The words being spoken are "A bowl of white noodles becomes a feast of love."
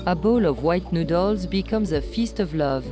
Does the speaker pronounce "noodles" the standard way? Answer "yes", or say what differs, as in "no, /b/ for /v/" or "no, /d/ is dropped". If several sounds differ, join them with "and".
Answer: yes